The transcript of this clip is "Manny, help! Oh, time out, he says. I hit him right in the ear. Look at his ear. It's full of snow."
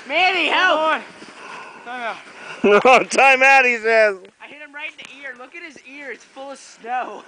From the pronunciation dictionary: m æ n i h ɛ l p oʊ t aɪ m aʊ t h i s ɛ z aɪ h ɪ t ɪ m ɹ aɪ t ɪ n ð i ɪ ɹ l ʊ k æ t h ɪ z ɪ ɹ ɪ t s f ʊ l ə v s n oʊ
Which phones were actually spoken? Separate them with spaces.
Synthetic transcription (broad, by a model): m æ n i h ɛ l oʊ t aɪ m aʊ t h i s ɛ z aɪ h ɪ t ɪ m ɹ aɪ t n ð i ɪ ɹ l ʊ k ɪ t h ɪ z ɪ ɹ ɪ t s f ʊ l ə v s n oʊ